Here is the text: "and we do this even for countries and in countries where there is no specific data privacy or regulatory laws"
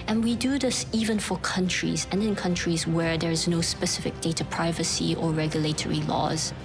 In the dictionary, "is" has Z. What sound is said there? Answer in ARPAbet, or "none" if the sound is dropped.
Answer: Z